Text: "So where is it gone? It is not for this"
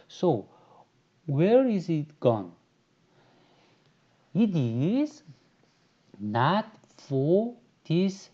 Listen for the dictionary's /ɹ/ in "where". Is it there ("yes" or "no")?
yes